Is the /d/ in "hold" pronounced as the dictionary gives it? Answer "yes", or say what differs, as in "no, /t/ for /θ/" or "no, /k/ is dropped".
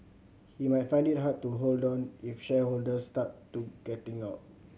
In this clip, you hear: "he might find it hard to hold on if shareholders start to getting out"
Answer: yes